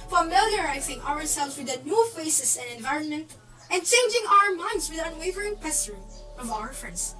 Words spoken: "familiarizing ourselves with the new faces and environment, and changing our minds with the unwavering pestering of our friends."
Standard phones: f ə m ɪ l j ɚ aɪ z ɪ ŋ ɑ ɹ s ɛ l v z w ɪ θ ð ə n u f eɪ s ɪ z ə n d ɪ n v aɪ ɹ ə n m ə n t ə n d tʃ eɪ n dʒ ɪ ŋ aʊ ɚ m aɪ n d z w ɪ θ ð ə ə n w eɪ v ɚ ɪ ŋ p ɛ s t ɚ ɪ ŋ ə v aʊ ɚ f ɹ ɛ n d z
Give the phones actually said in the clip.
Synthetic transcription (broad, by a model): f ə m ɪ l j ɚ aɪ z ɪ ŋ ɑ ɹ s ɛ l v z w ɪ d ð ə n u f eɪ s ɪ s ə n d ɪ n v aɪ ɹ ə n m ə n t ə n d tʃ eɪ n dʒ ɪ ŋ aʊ ɚ m aɪ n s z w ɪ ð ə ə n w eɪ v ɚ ɪ ŋ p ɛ s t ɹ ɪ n ə v aʊ ɚ f ɹ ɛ n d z